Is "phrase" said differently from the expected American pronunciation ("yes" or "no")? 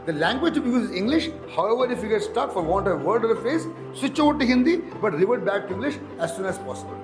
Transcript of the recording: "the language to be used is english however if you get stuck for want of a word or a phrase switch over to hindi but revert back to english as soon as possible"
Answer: yes